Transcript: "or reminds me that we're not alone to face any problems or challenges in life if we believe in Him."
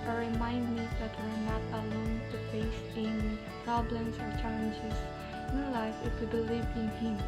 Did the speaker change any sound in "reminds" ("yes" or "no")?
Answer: yes